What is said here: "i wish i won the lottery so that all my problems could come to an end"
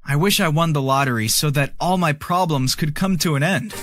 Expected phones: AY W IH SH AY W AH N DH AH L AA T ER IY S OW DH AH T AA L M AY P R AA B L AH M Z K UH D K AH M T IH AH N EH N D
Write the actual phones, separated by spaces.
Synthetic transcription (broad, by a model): AY W IH SH AY W AH N DH AH L AA T ER IY S OW DH AH T AA L M AY P R AA B L AH M Z K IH D K AH M T IH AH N EH N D